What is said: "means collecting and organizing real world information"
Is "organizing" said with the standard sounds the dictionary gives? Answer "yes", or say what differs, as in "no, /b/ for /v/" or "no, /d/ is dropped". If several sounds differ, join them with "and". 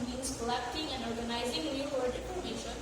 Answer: yes